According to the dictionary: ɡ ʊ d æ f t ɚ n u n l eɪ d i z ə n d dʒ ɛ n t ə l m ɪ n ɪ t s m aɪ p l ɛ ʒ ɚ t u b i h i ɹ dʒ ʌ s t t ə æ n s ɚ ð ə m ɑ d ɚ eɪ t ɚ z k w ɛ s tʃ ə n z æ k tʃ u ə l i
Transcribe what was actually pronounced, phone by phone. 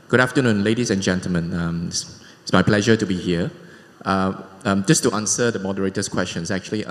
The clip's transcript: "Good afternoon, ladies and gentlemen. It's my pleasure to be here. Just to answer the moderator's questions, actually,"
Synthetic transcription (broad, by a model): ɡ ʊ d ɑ f t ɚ n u n l eɪ d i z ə n dʒ ɛ n t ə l m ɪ n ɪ s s m aɪ p l ɛ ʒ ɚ t u b i h i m dʒ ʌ s t t ə n s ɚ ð ə m ɑ d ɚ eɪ t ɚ s k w ɛ s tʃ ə n s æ k tʃ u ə l i